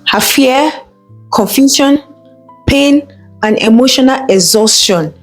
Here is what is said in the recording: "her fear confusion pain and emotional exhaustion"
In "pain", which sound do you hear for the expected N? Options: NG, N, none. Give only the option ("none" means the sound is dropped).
N